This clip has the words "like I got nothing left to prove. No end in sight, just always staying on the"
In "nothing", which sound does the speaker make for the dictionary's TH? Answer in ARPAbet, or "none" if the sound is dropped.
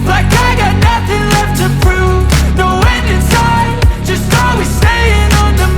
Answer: TH